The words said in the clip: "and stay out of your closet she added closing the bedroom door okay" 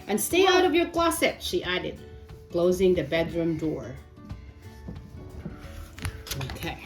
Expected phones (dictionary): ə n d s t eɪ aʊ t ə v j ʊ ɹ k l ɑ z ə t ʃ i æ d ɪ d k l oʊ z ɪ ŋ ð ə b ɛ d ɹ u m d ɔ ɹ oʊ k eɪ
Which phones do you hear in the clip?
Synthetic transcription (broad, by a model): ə n s t eɪ aʊ t ə v j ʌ ɹ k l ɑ s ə t ʃ i æ d ɪ d k l oʊ z ɪ ŋ ð ə b ɛ d ɹ u m d ɔ ɹ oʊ k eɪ